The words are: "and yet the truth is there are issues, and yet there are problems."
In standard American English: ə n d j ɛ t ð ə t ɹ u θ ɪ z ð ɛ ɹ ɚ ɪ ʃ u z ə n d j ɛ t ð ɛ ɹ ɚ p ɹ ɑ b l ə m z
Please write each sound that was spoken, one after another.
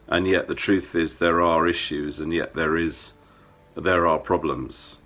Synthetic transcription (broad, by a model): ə n j ɛ t ð ə t ɹ u θ ɪ z ð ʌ ɹ ɚ ɪ ʃ u z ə n j ɛ t ð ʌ ɹ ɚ p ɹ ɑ b l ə m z